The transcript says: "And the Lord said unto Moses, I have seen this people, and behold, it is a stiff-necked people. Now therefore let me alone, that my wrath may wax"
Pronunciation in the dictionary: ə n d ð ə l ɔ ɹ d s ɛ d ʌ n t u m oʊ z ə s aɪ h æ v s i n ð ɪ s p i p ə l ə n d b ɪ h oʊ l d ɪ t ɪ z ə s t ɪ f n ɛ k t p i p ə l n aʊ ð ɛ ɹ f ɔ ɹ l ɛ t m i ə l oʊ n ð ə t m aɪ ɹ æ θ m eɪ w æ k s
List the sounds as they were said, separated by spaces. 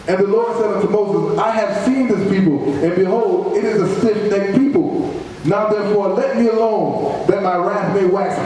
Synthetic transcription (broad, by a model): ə n ð ə l ɔ ɹ d s ɛ d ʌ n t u m oʊ z ə s aɪ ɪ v s i n ð ɪ s p i p l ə n b ɪ h oʊ l d ɪ t ɪ z ə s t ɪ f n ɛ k p i p l n aʊ ð ɛ ɹ f ɔ ɹ l ɛ t m i ə l oʊ n ð ə t m aɪ ɹ æ θ m eɪ w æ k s